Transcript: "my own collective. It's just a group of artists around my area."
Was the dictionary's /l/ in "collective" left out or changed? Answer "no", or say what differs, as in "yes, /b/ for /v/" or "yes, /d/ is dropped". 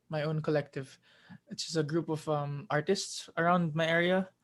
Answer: no